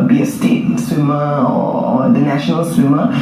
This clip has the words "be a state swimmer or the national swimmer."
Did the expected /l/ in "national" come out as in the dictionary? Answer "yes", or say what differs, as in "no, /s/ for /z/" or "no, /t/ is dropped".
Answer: yes